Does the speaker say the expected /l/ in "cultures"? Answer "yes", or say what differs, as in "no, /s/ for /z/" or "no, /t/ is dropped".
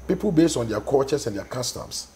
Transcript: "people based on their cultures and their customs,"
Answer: no, /l/ is dropped